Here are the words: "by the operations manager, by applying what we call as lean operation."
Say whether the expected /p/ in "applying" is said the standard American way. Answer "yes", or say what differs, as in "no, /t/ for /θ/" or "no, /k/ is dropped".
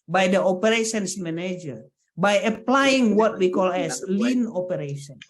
yes